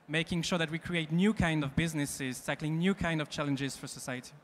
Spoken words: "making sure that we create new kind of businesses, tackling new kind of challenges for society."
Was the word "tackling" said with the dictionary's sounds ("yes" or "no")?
yes